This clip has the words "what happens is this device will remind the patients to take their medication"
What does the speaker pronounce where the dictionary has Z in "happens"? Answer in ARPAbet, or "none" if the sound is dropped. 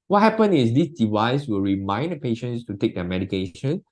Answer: none